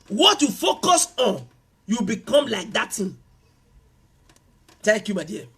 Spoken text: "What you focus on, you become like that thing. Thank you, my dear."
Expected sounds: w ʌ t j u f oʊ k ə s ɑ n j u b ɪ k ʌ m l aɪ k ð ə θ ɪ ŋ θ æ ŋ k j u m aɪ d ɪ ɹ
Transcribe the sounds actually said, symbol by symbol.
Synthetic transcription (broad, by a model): w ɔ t j u f oʊ k ə s ɑ n j u b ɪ k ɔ m l aɪ k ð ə t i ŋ t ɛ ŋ k j u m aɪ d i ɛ